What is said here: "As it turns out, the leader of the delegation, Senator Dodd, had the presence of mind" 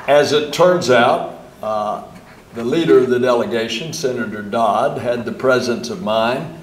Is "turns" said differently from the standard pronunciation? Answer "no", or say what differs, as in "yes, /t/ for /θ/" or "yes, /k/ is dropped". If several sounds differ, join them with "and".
no